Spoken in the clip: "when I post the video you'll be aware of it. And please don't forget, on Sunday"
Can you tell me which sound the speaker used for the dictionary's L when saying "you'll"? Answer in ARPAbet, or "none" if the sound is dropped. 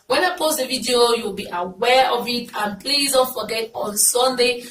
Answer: W